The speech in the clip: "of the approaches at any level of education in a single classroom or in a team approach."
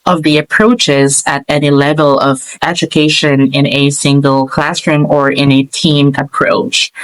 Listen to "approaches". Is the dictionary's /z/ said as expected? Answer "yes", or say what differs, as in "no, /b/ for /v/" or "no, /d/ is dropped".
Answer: yes